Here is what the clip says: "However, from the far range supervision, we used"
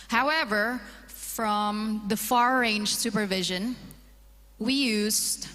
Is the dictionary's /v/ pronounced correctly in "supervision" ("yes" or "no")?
yes